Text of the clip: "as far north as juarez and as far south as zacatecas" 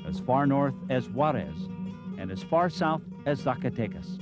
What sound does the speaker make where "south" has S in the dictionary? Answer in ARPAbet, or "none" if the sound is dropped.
S